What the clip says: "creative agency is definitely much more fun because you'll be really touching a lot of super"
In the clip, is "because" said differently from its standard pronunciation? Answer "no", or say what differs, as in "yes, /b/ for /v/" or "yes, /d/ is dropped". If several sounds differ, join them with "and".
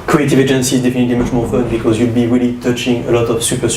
no